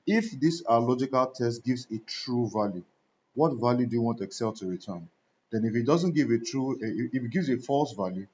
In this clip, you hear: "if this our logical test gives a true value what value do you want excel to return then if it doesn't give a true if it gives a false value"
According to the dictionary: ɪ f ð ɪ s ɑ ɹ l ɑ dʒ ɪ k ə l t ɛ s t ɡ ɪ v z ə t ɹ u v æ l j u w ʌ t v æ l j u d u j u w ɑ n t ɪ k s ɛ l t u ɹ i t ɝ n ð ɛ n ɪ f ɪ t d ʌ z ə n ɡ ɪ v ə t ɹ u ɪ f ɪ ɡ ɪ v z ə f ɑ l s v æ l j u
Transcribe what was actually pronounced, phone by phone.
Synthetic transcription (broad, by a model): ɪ f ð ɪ s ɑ l ɑ dʒ ɪ k ə l t ɛ s t ɡ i v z ə t ɹ u v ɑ l j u w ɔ t v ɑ l j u d u j u w ɑ n t ɪ k s ɛ l t u ɹ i t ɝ n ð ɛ n ɪ f ɪ t d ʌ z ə n ɡ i v ə t ɹ u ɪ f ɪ ɡ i v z ə f ɑ l s v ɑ l j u